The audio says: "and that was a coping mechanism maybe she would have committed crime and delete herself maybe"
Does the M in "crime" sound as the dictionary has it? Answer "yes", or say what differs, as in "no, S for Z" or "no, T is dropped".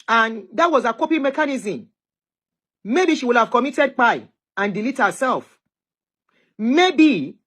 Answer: no, M is dropped